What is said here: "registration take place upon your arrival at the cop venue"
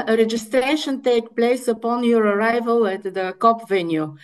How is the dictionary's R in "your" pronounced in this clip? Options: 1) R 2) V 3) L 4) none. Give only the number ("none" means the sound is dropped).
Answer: 1